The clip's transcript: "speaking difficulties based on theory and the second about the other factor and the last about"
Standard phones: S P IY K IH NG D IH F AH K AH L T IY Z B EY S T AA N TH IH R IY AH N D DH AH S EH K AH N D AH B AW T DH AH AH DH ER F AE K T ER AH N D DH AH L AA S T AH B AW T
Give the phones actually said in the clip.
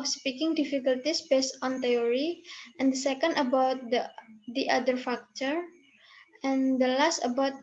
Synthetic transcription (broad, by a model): S P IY K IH NG D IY F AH K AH L T IY S B EY S T AA N T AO R IY AH N D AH S EH K AH N D AH B AW T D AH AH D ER F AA K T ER AH N D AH L AA S T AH B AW T